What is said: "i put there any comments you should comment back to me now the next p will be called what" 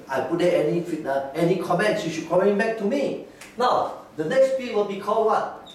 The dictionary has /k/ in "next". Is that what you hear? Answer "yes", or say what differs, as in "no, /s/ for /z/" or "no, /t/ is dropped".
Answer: yes